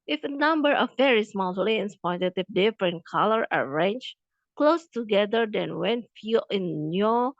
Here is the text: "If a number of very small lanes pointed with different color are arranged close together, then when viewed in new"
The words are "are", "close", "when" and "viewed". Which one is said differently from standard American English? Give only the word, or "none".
viewed